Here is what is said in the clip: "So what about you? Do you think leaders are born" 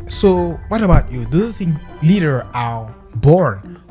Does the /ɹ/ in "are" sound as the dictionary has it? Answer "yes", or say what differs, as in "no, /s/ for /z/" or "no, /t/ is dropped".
no, /l/ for /ɹ/